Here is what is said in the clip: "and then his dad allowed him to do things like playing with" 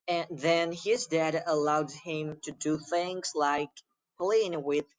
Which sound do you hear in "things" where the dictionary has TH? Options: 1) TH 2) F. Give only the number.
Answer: 1